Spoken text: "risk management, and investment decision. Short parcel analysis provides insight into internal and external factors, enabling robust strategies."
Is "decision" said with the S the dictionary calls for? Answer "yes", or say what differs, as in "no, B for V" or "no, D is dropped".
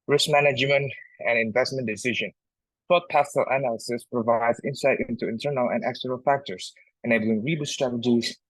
yes